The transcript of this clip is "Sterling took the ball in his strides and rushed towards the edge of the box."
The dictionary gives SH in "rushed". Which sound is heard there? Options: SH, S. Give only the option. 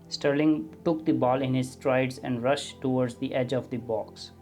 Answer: SH